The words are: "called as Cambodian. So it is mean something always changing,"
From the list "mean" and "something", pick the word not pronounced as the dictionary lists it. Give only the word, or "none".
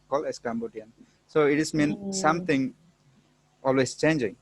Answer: something